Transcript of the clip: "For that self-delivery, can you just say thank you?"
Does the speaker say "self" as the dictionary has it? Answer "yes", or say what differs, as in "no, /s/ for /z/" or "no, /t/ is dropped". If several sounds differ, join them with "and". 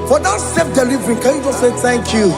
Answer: no, /l/ is dropped